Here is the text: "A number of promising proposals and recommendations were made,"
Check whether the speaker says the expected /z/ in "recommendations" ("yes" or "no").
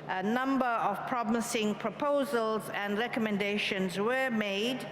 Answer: yes